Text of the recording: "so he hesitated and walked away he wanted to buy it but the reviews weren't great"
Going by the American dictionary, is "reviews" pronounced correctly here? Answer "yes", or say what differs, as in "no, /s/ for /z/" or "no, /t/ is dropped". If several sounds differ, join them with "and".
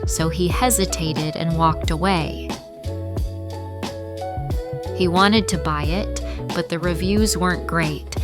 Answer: yes